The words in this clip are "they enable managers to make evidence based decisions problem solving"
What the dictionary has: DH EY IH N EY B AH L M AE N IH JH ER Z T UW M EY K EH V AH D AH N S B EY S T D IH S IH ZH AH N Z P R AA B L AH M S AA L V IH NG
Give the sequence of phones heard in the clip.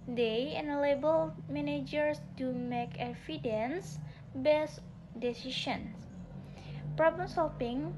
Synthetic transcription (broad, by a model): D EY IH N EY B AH L M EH N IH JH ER S T UW M EY K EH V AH D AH N S B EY S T D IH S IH SH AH N S P R AA B L AH M S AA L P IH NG